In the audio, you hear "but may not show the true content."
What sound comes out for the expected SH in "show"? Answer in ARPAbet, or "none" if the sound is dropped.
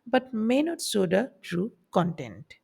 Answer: S